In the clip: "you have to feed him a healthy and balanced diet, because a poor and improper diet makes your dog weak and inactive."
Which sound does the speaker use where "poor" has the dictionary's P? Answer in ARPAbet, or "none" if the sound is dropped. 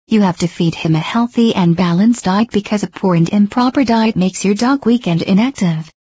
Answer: P